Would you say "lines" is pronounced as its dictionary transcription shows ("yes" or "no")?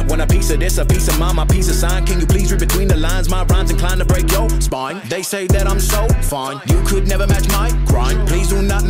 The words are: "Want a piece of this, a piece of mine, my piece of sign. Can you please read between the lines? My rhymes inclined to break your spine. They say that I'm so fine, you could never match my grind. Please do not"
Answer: yes